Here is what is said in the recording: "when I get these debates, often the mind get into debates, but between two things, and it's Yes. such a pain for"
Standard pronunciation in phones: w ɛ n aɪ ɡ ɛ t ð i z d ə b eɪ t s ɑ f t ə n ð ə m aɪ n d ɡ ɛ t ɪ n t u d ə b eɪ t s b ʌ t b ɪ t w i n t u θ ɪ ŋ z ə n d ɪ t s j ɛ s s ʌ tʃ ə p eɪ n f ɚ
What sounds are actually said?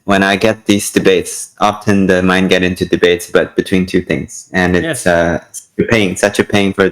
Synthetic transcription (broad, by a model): w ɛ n aɪ ɡ ɛ t ð i z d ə b eɪ t s ɑ f t ə n ð ə m aɪ n ɡ ɛ t ɪ n t u d ə b eɪ t s b ʌ t b ɪ t w i n t u θ ɪ ŋ z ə n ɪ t s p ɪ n s ʌ tʃ ə p eɪ n f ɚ